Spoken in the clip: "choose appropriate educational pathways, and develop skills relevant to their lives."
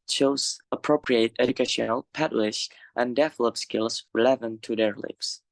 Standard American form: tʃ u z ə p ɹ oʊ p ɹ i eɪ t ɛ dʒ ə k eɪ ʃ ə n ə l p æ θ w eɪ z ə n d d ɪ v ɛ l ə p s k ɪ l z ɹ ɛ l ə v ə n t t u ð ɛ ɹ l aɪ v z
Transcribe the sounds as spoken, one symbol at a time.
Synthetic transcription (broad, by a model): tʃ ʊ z ə p ɹ oʊ p ɹ i eɪ t ɛ dʒ ə k eɪ ʃ ə n ə l p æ t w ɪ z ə n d d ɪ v l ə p s k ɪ l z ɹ l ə v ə n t t u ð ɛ ɹ l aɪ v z